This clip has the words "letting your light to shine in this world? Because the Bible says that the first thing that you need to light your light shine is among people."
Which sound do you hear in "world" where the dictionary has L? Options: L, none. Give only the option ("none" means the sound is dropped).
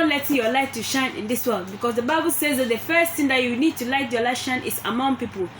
L